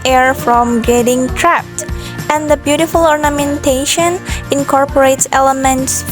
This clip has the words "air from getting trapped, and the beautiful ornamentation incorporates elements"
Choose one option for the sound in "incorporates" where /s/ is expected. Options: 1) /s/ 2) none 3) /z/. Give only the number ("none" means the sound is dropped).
1